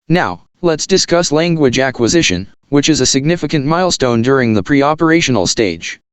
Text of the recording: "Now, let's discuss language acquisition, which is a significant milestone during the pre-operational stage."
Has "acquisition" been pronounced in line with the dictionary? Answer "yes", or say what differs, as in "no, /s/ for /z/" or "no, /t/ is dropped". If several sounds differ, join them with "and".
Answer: yes